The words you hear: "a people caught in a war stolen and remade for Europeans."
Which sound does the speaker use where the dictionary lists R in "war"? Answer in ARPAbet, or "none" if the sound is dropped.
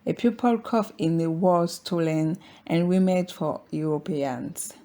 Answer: L